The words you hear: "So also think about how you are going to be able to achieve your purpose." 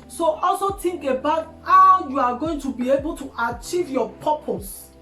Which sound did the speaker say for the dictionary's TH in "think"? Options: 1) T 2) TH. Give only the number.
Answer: 1